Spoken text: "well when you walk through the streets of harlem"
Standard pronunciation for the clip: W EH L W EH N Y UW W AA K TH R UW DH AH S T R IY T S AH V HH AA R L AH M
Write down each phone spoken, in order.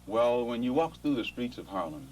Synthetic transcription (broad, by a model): W EH L W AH N Y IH W AA K TH R UW DH AH S T R IY T S AH V HH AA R L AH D